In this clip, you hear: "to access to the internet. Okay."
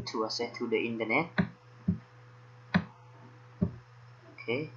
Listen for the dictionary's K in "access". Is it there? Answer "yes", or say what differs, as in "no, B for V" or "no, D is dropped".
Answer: no, K is dropped